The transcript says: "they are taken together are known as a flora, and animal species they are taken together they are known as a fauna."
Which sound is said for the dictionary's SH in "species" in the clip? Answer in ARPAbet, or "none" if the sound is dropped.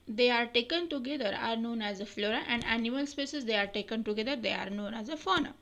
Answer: S